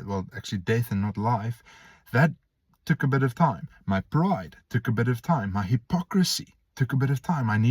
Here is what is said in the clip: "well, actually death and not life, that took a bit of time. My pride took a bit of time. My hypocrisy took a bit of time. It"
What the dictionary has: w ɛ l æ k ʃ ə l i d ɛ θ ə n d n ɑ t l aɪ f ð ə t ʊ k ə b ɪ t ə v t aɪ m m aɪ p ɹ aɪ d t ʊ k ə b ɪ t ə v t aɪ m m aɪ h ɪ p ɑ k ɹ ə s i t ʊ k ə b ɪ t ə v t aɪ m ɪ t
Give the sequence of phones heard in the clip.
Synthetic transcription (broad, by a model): w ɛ l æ k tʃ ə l i d ɛ θ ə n n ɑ t l aɪ f ð ə t ʊ k ə b ɪ t ə v t aɪ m m aɪ p ɹ aɪ d t ʊ k ə b ɪ t ə v t aɪ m m aɪ h ɪ p ɑ k ɹ ə s i t ʊ k ə b ɪ t ə v t aɪ m ɪ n